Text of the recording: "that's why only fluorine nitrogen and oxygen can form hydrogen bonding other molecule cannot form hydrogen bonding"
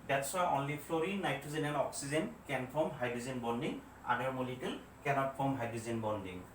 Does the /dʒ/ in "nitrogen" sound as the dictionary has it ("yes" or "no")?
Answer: no